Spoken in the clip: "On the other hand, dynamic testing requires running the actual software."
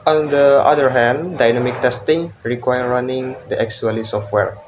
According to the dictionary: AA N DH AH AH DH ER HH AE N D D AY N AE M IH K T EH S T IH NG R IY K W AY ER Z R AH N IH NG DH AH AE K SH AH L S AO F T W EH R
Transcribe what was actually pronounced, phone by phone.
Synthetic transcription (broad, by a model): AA N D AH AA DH ER HH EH N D D AY N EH M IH K T EH S T IH NG R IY K W AY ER R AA N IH NG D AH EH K S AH L S AO F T W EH R